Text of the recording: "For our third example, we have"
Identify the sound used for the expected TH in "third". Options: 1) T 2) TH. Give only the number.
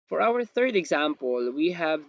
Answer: 2